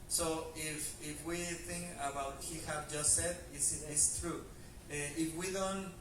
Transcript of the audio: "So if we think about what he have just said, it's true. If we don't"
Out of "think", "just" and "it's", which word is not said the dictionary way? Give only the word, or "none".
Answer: it's